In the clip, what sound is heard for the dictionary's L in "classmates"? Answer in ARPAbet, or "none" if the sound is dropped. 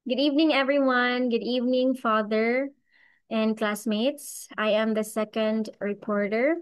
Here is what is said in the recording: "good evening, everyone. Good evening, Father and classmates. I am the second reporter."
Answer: L